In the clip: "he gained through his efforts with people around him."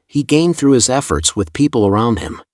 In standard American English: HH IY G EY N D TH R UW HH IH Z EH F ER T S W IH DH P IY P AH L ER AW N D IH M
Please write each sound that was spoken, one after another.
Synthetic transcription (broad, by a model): HH IY G EY N TH R UW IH Z EH F ER T S W IH DH P IY P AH L ER AW N D IH M